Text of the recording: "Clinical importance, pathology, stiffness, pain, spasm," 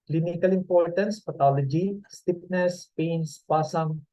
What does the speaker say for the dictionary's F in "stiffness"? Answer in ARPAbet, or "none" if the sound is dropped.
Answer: P